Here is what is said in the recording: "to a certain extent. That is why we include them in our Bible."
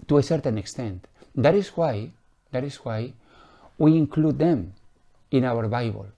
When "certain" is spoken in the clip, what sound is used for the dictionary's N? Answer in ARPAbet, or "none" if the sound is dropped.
N